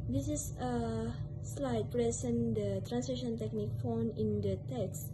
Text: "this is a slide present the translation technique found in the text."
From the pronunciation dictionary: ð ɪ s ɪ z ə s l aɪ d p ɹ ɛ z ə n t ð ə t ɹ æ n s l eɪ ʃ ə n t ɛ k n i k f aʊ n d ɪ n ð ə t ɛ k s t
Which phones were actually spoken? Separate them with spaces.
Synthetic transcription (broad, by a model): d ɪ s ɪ s ə s l aɪ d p ɹ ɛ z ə n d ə t ɹ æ n s eɪ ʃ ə n t ɛ k n i k f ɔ n ɪ n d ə t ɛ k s